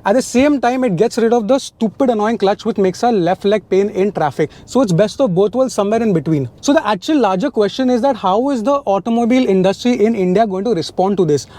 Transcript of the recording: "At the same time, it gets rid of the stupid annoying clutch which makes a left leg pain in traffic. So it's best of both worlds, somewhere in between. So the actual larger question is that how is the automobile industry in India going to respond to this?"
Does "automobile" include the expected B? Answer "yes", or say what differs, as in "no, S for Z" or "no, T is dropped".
yes